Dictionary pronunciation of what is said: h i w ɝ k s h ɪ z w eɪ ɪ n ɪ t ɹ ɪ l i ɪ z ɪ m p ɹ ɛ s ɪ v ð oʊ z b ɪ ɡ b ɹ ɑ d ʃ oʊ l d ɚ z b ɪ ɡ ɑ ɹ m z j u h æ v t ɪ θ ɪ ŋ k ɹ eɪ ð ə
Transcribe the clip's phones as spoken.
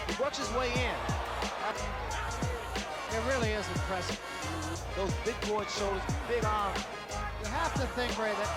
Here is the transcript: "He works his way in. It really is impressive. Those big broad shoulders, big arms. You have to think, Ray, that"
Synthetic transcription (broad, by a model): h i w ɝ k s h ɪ z w eɪ ɪ n ɪ t ɹ ɪ l i ɪ z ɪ p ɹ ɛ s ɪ ð oʊ z b ɪ ɡ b ɑ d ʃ oʊ l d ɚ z b ɪ ɡ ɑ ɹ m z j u h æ f t ɪ θ ɪ ŋ k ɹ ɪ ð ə